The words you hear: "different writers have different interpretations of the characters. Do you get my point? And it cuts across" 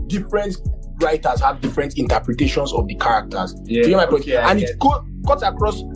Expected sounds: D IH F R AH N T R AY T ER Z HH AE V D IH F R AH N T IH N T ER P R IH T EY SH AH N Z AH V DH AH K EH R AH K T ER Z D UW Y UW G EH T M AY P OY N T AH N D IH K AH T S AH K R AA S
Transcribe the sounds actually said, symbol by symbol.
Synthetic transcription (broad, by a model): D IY F R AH N T R AY T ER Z HH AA V D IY F R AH N T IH N T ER P R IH T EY SH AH N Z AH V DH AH K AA R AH K T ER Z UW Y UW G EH M AY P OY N AH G IH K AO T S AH K R AA S